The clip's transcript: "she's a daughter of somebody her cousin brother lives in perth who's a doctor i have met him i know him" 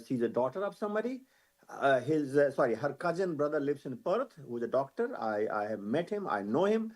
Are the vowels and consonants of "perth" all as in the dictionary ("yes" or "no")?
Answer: no